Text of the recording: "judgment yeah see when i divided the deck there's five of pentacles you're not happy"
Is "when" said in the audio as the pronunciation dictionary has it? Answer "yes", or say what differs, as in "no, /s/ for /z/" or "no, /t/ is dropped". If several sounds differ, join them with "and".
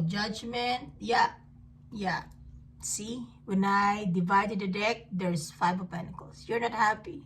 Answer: yes